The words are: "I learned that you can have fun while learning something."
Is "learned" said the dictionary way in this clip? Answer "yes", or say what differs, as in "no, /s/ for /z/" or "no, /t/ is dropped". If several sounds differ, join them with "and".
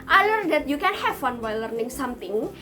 no, /n/ is dropped